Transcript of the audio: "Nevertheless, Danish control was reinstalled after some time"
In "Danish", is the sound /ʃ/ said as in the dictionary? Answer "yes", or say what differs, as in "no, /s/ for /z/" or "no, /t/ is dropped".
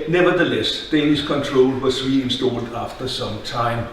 no, /s/ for /ʃ/